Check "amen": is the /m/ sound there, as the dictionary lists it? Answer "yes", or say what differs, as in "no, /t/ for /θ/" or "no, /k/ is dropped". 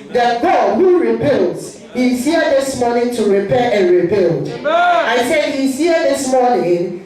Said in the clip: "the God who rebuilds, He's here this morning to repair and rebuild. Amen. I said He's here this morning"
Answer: no, /m/ is dropped